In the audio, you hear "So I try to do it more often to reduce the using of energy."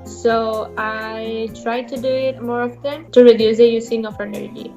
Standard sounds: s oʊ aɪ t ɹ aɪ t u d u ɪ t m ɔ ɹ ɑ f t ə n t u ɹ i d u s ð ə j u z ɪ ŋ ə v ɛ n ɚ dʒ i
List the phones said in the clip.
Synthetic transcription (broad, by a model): s oʊ aɪ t ɹ aɪ t u d u ɪ t m ɔ ɹ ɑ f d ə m t u ɹ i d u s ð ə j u s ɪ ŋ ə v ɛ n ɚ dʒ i